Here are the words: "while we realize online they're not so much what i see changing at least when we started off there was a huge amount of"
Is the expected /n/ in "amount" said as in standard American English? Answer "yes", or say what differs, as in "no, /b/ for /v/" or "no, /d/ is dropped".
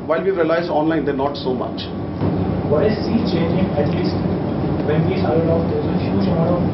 no, /n/ is dropped